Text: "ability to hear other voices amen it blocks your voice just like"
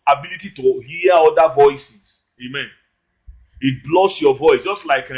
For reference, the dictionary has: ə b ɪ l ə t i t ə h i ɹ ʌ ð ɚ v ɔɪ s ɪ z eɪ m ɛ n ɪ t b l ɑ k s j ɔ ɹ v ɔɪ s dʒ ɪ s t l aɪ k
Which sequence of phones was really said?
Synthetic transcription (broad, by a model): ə b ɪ l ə t i t ə h i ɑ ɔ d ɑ v ɔɪ s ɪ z eɪ m ɛ n ɪ t b l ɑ s j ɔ v ɔɪ s dʒ ɪ s t l aɪ k